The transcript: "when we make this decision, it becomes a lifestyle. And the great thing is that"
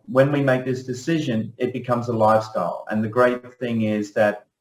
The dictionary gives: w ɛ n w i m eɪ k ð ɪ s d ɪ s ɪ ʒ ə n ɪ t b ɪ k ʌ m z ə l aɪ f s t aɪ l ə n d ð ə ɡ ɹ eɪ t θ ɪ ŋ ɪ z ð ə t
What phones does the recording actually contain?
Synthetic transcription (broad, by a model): w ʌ n w i m eɪ k ð ɪ s d ɪ s ɪ ʒ ə n ɪ t b ɪ k ʌ m z ə l aɪ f s t aɪ l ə n ð ə ɡ ɹ eɪ t θ ɪ ŋ ɪ z ð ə t